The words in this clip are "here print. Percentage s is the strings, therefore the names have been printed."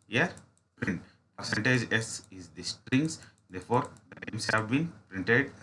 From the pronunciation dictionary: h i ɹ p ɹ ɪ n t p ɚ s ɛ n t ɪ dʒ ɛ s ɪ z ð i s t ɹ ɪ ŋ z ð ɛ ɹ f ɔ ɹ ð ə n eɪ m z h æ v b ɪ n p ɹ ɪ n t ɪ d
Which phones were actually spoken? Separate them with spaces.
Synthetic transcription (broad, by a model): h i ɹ p ɹ ɪ n t p ɚ s ɛ n t ɪ dʒ ɛ s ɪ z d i s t ɹ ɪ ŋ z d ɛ ɹ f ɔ ɹ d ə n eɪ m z h æ v b ɪ n p ɹ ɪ n t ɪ d